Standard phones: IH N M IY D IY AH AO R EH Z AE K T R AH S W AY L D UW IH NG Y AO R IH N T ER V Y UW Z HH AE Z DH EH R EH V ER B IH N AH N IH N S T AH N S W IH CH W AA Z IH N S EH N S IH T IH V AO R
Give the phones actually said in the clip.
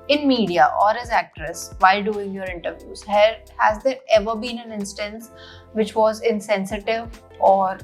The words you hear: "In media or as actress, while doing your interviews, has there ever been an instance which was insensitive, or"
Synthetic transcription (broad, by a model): IH N M IY D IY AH AO R EH Z AE K T R AH S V AY L D UW IH NG Y AO R IH N T ER V Y UW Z HH AE Z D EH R EH V ER B IH N AH N IH N S T AH N S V IH CH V AA Z IH N S EH N S IH T IH V AO R